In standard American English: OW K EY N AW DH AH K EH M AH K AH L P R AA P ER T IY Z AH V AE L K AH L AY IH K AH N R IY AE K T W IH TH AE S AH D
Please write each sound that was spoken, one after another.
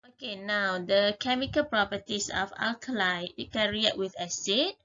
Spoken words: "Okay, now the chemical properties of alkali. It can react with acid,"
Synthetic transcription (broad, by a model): OW K EY N AW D AH K EH M AH K AH L P R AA P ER T IY S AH F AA L K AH L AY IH K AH R IY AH T W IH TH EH S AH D